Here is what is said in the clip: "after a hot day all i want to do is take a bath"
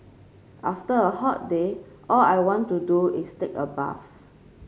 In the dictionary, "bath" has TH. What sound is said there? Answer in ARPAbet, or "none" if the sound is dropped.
F